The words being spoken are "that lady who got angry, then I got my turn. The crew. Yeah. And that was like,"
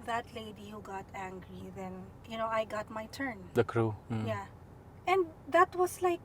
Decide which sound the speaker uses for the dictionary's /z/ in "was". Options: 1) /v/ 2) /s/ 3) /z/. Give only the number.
2